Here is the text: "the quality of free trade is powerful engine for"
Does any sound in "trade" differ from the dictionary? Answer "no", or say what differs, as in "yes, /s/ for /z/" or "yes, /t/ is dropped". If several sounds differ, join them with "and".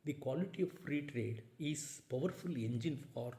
no